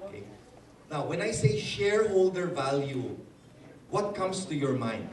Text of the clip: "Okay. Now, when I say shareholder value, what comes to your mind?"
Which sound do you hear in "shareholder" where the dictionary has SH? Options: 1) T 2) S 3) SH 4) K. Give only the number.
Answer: 3